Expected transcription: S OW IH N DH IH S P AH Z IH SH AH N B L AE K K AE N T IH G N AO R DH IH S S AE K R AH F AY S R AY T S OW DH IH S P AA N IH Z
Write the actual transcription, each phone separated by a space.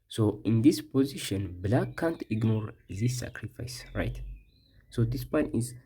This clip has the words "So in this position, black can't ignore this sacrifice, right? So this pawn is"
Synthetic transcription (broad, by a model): S OW IH N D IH S P AH Z IH SH AH N B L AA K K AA N T IH G N AO R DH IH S S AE K R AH F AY S R AY T S OW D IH S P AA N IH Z